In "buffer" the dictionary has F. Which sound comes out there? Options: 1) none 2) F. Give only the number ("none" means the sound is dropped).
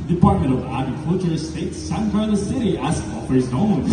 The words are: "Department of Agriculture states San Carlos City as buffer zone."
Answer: 1